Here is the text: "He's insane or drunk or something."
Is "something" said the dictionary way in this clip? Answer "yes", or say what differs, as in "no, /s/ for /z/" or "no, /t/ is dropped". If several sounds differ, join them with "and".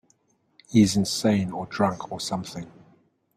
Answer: yes